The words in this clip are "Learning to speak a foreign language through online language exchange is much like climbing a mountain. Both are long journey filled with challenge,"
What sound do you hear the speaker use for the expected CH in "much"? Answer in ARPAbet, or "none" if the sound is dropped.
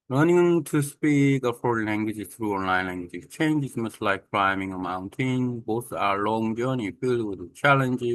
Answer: S